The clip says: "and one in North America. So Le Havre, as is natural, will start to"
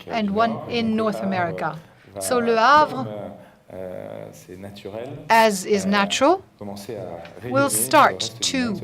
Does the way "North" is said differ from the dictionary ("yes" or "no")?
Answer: no